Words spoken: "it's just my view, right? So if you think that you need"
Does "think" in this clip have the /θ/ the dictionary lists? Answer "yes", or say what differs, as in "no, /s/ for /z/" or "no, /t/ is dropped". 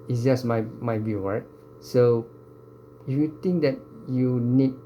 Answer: no, /t/ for /θ/